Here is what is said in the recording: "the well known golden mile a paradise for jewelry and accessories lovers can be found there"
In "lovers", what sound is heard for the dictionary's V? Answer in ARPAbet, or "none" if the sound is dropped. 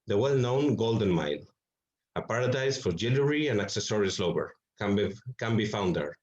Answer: B